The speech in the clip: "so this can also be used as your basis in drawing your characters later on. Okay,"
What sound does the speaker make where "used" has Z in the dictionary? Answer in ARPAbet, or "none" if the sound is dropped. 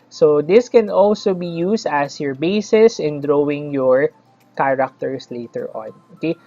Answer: S